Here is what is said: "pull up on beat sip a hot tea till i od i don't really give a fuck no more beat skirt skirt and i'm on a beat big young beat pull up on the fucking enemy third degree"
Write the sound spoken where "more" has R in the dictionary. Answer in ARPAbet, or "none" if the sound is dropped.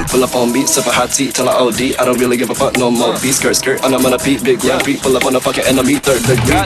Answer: L